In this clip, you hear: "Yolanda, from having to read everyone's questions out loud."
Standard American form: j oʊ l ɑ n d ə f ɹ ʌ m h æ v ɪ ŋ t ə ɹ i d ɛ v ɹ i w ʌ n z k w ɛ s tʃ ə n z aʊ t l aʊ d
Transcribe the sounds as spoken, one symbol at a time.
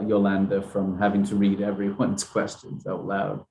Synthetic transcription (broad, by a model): j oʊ l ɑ n d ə f ɹ ʌ m h æ v ɪ ŋ t ə ɹ i d ɛ v ɹ i w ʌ n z k w ɛ s tʃ ə n z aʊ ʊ l aʊ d